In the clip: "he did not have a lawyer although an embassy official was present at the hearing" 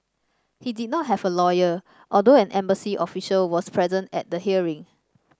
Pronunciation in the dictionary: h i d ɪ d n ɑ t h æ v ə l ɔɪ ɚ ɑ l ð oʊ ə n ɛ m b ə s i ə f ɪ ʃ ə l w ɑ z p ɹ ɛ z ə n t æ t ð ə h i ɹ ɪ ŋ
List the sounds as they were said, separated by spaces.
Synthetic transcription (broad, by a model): h i d ɪ d n ɑ t h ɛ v ə l ɔɪ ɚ ɑ l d oʊ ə n ɛ m b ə s i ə f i ʃ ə l w ɑ s p ɹ ɛ z ə n t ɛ t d ə h i ɹ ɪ ŋ